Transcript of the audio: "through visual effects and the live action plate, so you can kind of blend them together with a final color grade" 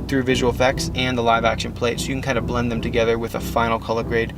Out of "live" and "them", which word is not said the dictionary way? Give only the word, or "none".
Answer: none